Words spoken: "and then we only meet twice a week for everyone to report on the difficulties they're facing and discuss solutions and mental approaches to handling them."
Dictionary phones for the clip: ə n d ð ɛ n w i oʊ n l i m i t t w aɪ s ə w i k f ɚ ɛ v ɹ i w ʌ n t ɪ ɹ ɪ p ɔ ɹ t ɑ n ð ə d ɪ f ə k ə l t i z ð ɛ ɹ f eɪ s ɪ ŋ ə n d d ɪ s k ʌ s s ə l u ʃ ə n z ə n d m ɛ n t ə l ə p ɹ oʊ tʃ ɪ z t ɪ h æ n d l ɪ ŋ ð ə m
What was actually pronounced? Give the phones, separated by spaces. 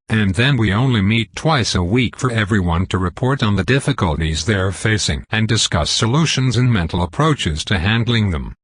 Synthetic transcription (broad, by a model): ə n ð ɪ n w i oʊ n l i m i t t w aɪ s ə w i k f ɚ ɛ v ɹ i w ʌ n t ɪ ɹ ɪ p ɔ ɹ t n ð ə d ɪ f ə k ə l t i z ð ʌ ɹ f eɪ s ɪ ŋ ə n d d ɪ s k ʌ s s ə l u ʃ ə n z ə n m ɛ n t l ə p ɹ oʊ tʃ ɪ z t ɪ h æ n d l ɪ ŋ ð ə m